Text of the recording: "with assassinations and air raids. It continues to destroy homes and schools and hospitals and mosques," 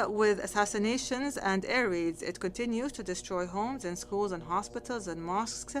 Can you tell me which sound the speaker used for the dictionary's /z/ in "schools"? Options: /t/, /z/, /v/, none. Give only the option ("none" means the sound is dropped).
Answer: /z/